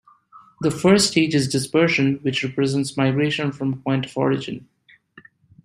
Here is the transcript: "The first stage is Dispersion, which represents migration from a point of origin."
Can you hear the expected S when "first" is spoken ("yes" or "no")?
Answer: no